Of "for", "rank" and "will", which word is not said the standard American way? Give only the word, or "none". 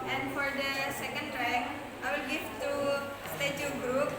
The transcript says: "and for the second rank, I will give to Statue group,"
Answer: rank